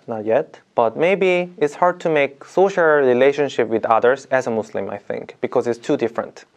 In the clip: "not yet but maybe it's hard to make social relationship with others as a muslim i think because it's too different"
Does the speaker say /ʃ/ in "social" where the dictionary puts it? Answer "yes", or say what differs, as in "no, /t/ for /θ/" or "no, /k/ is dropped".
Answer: yes